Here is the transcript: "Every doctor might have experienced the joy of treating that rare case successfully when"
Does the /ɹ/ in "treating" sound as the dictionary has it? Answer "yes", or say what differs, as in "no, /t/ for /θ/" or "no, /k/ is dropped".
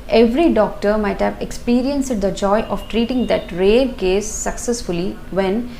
yes